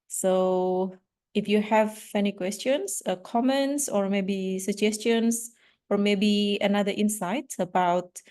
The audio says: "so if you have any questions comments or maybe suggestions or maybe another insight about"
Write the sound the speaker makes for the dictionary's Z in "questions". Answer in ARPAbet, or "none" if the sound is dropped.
S